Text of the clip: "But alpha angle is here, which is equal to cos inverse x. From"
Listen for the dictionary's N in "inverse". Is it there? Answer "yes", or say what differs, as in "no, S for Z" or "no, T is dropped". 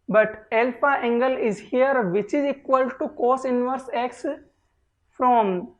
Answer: yes